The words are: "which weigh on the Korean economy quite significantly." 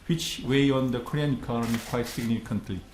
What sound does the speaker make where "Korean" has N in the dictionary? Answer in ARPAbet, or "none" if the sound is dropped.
N